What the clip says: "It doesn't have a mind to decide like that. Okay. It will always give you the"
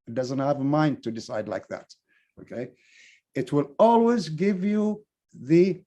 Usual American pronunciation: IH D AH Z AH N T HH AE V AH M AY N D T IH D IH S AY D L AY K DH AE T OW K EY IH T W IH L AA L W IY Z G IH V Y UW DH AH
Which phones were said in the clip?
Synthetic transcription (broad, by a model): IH D AH Z AH N T HH AE V AH M AY N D T IH D IH S AY D L AY K DH AE T OW K EY IH T W IH L AA L W IY Z G IH V Y UW DH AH